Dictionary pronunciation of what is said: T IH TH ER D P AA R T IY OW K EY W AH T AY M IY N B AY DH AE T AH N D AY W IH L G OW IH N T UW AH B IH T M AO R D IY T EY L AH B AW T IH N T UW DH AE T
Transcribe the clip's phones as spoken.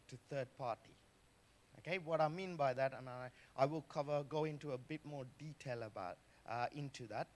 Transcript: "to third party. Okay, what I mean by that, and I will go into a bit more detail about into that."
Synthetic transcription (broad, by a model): T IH TH ER D P AA R T IY OW K EY W AH T AY M IY N B AY DH AE T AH N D AY W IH L G OW IH N T UW AH B IH T M AO R D IY T EY L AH B AW T IH N T UW DH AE T